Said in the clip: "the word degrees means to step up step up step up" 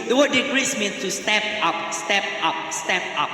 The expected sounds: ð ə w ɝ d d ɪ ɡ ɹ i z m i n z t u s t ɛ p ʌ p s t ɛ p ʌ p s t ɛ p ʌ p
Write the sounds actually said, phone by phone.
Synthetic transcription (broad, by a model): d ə w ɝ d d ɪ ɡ ɹ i s m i n s t u s t ɛ p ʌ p s t ɛ p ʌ p s t ɛ p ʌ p